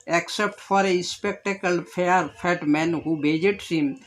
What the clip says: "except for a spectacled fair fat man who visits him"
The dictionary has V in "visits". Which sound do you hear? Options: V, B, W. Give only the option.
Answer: B